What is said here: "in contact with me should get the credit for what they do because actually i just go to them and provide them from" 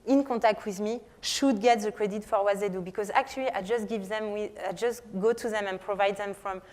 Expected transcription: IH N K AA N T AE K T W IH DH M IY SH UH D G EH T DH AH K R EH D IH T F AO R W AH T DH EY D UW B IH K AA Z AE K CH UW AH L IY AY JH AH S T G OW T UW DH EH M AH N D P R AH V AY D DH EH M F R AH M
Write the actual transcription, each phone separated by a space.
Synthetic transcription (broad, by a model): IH N K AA T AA K T W IH DH M IY SH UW D G EH T DH AH K R EH D IH T F AO R W AH T DH EY D UW B IH K AA Z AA K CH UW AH W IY AY JH AH S T G OW T UW DH EH M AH N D P R AH V AY D DH EH M F R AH M